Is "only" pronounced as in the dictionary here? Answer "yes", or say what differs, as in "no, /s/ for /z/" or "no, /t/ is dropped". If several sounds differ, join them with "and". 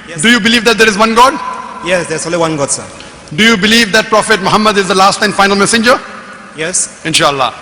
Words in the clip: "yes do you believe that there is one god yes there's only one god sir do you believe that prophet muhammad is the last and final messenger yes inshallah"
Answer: no, /n/ is dropped